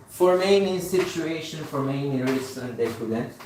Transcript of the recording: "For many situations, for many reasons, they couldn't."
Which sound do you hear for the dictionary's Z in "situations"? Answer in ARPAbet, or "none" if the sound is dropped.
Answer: none